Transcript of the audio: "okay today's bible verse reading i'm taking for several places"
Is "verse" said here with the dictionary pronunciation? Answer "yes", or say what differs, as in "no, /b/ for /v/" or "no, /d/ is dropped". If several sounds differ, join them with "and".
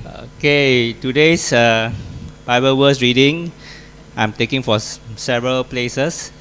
no, /w/ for /v/